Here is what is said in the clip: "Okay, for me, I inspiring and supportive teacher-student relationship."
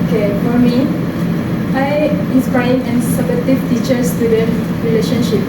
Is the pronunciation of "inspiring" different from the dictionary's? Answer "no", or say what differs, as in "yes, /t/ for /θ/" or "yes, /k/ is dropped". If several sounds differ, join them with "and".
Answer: yes, /ɹ/ is dropped